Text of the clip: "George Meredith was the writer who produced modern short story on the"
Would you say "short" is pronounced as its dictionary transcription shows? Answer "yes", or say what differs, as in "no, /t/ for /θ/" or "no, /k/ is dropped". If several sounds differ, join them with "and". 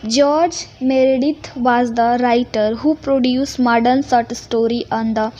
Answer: no, /s/ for /ʃ/